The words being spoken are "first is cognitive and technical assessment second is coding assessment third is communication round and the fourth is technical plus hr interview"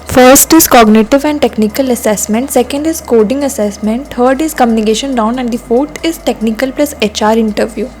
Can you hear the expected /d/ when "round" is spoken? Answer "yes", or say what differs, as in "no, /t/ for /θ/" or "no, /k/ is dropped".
no, /d/ is dropped